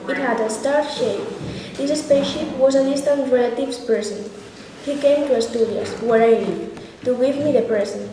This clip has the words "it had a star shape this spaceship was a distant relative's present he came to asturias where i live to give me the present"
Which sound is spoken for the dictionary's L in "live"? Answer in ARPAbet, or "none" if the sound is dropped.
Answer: N